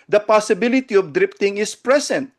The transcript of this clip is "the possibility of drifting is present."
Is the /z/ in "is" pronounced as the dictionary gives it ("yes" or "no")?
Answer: no